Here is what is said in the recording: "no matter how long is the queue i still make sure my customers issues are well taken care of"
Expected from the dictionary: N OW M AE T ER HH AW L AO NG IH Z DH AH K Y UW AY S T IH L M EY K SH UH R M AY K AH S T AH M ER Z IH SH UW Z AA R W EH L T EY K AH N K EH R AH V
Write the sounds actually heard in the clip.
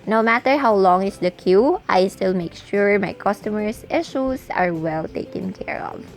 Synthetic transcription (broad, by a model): N OW M AE T ER HH AW L AO NG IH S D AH K Y UW AY S T IH L M EY K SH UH R M AY K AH S T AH M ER S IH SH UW S AA R W EH L T EY K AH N K EH R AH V